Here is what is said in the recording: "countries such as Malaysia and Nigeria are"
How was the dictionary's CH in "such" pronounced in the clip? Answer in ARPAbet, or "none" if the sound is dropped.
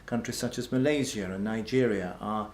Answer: CH